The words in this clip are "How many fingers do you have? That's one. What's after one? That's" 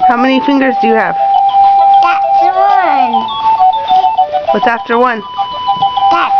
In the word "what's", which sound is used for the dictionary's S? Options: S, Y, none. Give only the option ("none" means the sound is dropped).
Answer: none